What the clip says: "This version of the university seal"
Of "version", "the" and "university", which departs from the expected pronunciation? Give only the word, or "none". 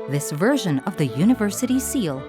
none